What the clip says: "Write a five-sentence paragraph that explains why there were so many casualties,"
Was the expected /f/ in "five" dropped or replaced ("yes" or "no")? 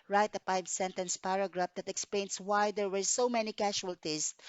yes